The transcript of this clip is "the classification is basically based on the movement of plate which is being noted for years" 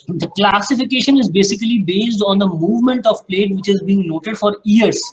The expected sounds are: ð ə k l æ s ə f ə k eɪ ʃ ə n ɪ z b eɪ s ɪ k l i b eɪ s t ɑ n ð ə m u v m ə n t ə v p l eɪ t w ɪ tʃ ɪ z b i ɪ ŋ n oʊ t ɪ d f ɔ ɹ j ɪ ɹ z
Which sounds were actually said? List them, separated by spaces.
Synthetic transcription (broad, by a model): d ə k l æ s ə f ə k eɪ ʃ ə n ɪ z b eɪ s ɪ k l i b eɪ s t ɑ n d ə m u v m ə n t ə v p l eɪ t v ɪ tʃ ɪ z b i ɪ ŋ n oʊ t ɪ d f ɔ ɹ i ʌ ɹ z